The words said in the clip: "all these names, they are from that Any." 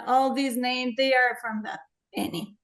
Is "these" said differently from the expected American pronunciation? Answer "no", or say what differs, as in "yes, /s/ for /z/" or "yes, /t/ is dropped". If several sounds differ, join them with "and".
no